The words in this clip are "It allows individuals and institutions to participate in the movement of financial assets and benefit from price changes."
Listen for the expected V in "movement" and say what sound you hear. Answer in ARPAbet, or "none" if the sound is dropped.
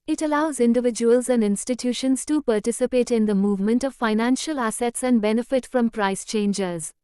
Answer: V